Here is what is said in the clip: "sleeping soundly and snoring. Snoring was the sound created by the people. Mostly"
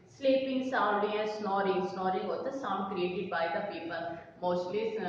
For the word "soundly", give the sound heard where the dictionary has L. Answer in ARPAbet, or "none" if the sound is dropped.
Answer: none